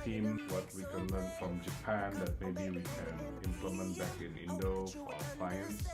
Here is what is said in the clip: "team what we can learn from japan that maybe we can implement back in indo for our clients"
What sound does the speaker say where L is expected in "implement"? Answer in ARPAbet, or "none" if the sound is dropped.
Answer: L